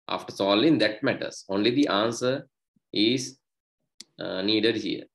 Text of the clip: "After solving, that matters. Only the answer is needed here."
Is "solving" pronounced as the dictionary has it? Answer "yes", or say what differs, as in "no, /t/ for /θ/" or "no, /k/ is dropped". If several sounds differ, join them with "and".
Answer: no, /v/ is dropped